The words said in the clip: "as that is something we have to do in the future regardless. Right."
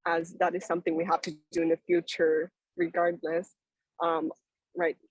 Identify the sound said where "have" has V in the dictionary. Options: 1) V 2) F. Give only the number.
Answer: 2